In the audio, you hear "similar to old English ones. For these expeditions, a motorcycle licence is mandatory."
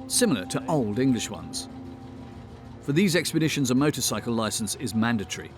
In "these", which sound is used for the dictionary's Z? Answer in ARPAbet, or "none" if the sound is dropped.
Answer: Z